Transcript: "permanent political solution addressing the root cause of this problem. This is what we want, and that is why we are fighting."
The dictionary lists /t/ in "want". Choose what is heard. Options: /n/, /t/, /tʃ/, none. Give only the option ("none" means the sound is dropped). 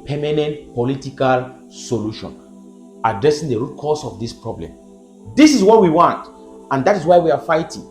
/t/